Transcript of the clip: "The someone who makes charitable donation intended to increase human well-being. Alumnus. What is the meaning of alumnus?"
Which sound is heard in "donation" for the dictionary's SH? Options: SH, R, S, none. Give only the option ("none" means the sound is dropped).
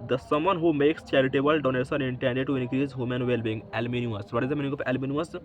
S